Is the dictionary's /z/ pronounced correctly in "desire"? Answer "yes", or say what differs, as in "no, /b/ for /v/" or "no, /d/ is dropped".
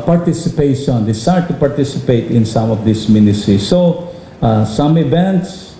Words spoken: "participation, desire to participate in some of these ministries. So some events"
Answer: no, /s/ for /z/